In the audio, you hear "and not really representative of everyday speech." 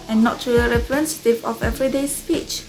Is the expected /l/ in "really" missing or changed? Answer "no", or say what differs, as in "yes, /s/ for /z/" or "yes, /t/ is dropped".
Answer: yes, /l/ is dropped